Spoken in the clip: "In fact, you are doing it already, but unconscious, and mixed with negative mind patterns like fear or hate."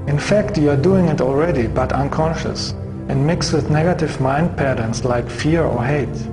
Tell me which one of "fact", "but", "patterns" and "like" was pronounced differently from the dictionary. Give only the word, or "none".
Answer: patterns